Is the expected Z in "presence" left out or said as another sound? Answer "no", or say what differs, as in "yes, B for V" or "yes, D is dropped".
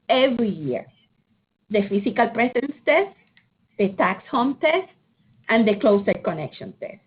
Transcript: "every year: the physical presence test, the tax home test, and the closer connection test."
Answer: yes, S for Z